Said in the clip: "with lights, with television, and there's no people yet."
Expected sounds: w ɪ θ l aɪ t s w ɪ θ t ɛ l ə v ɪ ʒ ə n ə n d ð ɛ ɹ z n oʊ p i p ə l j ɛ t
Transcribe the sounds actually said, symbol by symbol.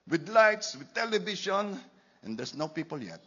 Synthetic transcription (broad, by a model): w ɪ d l aɪ t s w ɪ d t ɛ l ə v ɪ ʃ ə n ə n d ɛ ɹ s n oʊ p i p ə l j ɛ t